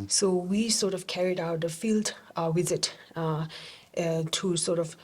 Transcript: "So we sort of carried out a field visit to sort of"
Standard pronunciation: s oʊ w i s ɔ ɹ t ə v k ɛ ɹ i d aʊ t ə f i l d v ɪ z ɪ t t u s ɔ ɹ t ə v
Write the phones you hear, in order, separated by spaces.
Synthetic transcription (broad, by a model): s oʊ w i s ɔ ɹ t ə v k ɛ ɹ i d aʊ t ə f i l d w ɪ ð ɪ t t u s ɔ ɹ t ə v